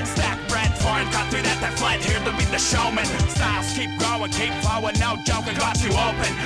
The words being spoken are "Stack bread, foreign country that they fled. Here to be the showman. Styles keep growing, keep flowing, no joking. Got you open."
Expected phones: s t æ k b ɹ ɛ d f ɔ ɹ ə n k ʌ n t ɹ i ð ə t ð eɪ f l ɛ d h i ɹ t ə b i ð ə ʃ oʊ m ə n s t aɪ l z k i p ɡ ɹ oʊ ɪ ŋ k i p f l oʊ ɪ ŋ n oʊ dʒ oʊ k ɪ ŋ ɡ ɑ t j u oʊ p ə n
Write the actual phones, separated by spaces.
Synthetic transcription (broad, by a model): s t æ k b ɹ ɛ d f ɔ ɹ ə n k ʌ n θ ɹ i ð ə t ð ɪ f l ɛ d h i ɹ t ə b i ð ə ʃ oʊ m ə n s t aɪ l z k i p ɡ ɹ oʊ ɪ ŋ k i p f oʊ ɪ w n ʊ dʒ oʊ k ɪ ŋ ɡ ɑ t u oʊ p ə n